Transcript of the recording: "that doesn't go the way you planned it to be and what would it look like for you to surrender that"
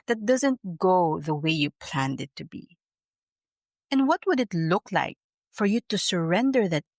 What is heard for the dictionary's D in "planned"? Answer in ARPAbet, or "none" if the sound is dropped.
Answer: D